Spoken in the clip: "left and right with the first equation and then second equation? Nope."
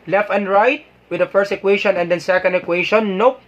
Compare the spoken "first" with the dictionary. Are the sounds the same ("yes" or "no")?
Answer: yes